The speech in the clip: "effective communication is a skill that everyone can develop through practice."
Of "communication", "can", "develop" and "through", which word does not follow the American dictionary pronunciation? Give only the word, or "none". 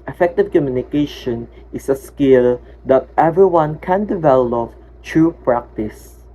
through